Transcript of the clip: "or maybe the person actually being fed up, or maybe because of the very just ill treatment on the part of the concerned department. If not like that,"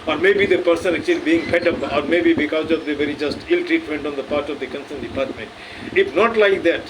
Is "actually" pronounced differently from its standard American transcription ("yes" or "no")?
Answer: no